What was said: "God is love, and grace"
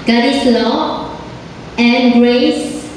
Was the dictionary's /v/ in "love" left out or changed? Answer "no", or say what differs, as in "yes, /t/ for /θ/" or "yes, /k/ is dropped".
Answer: yes, /v/ is dropped